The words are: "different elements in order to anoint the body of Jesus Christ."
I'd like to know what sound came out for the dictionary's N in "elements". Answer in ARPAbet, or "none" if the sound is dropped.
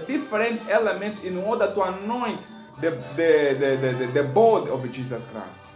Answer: N